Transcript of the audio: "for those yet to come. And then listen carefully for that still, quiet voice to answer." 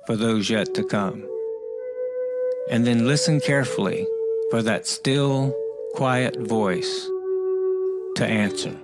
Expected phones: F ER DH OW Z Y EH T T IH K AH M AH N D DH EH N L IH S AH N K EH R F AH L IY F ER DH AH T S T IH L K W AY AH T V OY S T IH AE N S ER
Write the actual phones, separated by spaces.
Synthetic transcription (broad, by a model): F ER DH OW Z Y EH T T IH K AH M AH N DH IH N L IH S AH N K EH R F L IY F ER DH AH T S T IH L K W AY AH T V OY S T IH AE N S ER